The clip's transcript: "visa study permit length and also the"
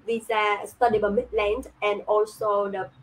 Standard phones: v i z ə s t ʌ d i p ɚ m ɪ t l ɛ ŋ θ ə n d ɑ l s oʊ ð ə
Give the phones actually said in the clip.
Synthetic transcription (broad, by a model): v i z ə s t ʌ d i b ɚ m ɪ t l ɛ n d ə n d ɑ l s oʊ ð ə